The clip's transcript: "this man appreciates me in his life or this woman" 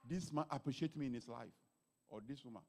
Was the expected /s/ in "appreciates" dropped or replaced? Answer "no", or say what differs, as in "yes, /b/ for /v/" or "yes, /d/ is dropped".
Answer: yes, /s/ is dropped